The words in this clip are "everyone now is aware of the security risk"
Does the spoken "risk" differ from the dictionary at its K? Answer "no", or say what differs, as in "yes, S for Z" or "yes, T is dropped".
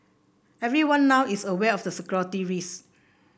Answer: yes, K is dropped